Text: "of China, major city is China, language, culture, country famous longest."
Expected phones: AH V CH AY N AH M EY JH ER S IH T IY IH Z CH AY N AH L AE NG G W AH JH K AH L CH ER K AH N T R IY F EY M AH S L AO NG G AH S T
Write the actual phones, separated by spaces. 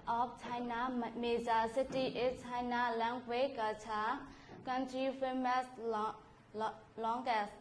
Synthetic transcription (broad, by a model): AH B CH AY N AH M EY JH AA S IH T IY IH CH AY N AH L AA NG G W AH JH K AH CH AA K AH N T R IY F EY M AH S L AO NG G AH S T